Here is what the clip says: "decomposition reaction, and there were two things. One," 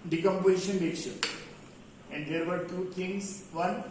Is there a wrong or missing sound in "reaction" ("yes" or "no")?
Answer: yes